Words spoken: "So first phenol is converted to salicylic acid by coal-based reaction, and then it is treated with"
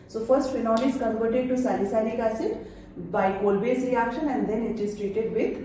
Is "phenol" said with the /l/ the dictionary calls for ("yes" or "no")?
no